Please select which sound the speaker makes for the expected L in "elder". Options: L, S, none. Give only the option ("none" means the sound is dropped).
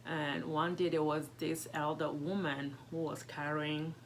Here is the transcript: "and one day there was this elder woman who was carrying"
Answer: L